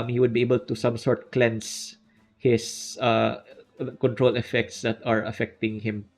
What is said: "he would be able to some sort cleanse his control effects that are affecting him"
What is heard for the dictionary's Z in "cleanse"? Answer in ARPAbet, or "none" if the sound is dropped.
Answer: S